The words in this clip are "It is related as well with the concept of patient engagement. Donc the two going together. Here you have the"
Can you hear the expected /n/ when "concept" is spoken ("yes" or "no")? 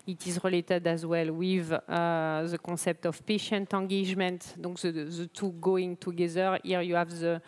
no